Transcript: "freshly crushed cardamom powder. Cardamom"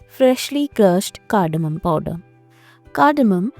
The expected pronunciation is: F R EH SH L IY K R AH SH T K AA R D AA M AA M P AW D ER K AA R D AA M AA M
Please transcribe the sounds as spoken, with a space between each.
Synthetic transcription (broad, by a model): F R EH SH L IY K AH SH T K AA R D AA M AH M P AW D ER K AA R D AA M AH M